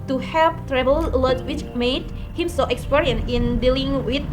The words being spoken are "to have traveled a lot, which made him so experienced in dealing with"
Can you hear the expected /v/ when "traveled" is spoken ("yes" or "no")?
no